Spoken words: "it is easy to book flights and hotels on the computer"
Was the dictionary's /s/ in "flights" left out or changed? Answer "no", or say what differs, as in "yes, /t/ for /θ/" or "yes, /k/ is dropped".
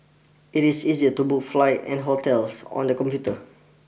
yes, /s/ is dropped